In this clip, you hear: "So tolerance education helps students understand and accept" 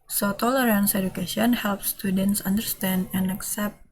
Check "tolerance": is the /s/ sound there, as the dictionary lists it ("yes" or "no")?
yes